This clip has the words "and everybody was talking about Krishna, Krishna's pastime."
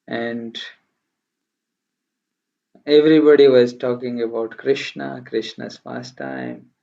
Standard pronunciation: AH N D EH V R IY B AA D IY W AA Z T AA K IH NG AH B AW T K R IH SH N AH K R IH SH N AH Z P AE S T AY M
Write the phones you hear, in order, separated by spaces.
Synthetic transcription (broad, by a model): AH N D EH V R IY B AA D IY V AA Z T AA K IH NG AH B AW T K R IH SH N AH K R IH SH N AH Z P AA S T AY M